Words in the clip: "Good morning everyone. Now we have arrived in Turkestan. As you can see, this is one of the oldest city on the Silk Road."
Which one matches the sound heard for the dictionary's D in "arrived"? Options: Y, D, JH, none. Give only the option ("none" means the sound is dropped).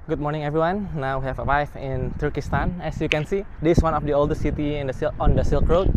none